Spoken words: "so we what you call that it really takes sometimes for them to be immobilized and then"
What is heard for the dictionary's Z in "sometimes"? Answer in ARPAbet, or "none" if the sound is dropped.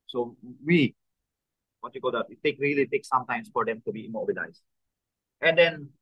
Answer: S